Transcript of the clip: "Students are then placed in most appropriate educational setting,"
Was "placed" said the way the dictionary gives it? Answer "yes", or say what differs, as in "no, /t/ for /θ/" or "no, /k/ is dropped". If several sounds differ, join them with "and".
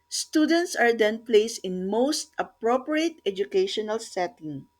no, /t/ is dropped